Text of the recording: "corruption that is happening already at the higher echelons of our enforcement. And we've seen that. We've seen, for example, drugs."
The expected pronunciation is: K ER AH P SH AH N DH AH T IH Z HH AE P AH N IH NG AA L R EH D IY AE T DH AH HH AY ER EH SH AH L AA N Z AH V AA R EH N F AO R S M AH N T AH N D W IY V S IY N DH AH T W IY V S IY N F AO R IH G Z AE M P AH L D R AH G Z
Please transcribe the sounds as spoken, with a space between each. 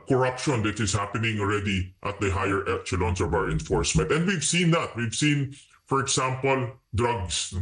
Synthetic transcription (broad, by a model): K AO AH P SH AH N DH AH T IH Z HH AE P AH N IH NG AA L R EH D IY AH T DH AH HH AY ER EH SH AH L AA N S AH V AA W EH N F AO R S M AH N T AH N D W IY V S IY N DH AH T W IY V S IY N F AO R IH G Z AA M P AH L D R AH G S